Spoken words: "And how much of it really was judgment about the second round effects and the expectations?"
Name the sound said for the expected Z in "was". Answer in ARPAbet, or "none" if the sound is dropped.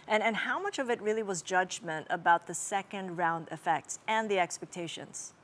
Z